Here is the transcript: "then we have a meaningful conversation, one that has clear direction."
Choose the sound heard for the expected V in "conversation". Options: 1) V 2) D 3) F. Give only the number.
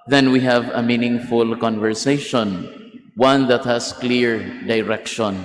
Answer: 1